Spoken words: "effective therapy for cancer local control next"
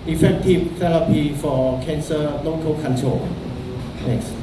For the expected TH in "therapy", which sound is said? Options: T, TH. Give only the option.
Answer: T